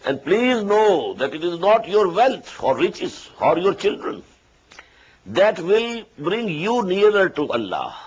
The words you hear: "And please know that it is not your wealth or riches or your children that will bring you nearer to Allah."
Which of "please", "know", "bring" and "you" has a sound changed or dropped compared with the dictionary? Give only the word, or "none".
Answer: none